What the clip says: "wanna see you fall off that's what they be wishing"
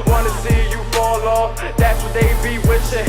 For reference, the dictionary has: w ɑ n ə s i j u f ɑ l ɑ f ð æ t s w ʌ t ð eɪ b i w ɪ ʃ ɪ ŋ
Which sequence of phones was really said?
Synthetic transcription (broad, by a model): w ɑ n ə s i j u f ɑ l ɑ ð æ t s w ʌ t ð eɪ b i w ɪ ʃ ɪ